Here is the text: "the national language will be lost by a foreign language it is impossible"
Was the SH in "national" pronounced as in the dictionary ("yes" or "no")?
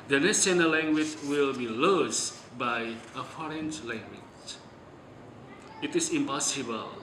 no